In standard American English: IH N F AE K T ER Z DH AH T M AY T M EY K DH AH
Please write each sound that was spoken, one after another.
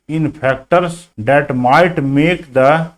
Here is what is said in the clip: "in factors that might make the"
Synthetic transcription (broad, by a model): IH N P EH K T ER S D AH T M AY T M EY K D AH